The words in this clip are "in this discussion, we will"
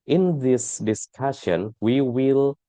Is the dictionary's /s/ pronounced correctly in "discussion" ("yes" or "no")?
yes